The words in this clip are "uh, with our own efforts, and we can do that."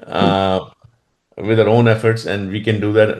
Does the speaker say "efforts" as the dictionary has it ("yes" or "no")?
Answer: yes